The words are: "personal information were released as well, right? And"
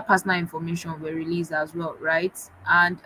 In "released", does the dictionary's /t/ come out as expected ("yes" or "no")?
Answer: no